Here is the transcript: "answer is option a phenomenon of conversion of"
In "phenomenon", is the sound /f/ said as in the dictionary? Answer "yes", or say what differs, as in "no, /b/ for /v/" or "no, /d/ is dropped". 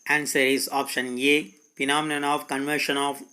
no, /p/ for /f/